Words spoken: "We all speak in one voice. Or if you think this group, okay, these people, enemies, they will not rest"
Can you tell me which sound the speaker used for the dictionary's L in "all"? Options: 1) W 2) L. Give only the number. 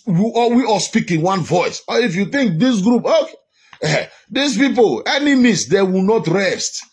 1